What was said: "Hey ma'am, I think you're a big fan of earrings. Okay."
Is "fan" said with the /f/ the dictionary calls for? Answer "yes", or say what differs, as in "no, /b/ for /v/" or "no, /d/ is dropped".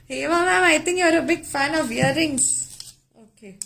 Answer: yes